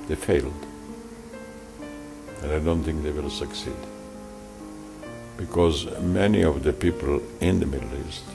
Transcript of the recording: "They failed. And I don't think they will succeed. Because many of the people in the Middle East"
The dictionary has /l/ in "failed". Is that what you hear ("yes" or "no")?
yes